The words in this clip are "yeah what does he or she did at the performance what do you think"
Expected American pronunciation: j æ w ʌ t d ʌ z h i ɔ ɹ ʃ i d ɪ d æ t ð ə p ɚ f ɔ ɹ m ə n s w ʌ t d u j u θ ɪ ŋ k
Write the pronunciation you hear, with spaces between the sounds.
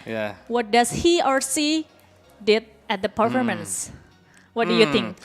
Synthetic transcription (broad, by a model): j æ w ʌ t d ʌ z h i ɔ ɹ s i d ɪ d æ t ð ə p ɚ f ɔ ɹ m ə n s w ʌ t d u j u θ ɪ ŋ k